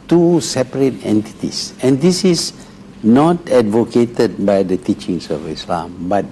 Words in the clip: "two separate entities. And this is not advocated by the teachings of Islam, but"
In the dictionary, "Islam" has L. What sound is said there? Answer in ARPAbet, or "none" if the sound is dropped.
L